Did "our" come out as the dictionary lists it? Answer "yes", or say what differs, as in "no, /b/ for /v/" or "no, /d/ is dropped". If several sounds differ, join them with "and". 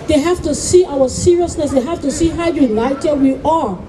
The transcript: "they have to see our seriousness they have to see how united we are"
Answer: no, /w/ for /ɹ/